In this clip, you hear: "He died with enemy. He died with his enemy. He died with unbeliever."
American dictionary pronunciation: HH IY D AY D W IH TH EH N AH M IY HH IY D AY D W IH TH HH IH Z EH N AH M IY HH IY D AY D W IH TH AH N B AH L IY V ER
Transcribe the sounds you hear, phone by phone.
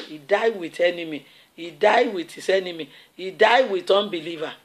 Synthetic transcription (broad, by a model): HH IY D AY D W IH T EH N AH M IY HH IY D AY D W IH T HH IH S EH N AH M IY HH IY D AY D W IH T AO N B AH L IY V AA